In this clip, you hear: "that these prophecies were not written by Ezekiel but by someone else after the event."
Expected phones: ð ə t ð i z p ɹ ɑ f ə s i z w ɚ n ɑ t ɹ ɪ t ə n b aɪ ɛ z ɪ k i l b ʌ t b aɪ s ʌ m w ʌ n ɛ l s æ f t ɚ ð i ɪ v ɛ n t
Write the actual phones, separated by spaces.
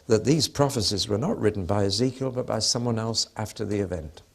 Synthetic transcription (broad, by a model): ð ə t ð i z p ɹ ɑ f ə s i z w ɚ n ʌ t ɹ ɪ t n b aɪ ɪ z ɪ k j l b ʌ t b aɪ s ʌ m w ʌ n ɛ l s æ f t ɚ ð i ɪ v ɛ n t